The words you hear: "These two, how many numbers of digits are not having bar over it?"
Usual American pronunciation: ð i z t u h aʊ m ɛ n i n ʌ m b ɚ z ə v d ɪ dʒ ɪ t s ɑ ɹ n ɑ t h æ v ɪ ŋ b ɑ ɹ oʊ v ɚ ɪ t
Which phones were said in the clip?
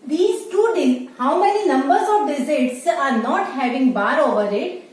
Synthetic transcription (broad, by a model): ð i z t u h aʊ m ɛ n i n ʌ m b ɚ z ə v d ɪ z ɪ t s ɑ ɹ n ɑ t h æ v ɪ ŋ b ɑ ɹ oʊ v ɚ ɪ t